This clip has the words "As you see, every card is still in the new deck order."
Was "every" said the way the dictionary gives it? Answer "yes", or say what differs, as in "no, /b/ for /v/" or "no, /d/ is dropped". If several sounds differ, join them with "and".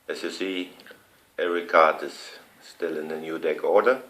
no, /v/ is dropped